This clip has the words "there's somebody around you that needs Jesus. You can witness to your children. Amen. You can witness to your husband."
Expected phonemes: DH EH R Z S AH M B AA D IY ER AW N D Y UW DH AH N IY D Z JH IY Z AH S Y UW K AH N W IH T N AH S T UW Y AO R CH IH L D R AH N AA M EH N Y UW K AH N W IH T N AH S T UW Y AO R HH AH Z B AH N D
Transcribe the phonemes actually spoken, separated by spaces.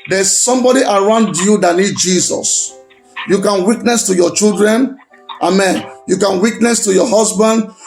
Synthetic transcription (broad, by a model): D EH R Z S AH M B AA D IY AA AW N D Y UW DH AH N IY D JH IY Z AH S Y UW K AH N W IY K N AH S T UW Y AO CH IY L D R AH N AA M EH N Y UW K AH N W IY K N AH S T UW Y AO HH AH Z B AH N D